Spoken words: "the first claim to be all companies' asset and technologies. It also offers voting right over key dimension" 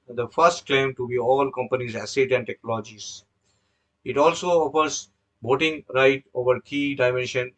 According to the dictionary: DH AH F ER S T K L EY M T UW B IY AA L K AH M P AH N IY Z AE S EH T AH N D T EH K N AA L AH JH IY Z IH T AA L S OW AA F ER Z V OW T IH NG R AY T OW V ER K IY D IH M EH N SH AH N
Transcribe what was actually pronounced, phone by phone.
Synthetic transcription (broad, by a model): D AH F ER S T K L EY M T UW B IY AA L K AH M P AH N IY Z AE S EH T AH N D T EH K N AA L JH IY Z IH T AA L S OW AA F ER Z B OW T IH NG R AY T OW V ER K IY D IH M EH N SH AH N